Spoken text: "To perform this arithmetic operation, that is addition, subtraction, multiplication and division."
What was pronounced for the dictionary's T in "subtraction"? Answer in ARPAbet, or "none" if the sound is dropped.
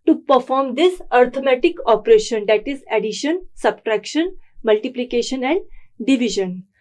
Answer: T